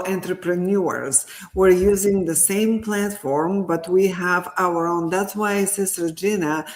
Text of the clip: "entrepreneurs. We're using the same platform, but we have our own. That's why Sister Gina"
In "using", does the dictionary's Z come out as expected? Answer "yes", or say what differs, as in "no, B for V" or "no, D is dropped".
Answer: yes